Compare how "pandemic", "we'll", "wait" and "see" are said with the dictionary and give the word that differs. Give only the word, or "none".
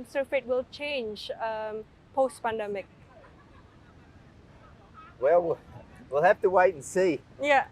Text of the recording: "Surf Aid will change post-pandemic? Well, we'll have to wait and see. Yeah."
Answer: wait